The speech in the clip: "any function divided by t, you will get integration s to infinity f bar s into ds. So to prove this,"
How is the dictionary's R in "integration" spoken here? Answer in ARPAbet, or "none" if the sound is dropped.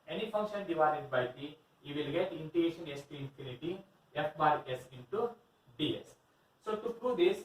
none